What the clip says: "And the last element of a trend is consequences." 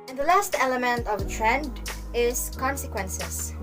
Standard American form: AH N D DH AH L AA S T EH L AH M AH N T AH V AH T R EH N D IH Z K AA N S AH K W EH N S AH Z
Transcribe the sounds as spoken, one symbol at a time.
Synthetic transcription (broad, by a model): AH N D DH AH L AA S T EH L AH M AH N T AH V AH T R EH N D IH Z K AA N S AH K W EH N S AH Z